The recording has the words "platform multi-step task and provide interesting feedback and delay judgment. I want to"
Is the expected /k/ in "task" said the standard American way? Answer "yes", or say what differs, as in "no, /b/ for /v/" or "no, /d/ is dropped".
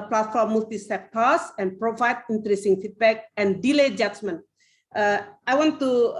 no, /k/ is dropped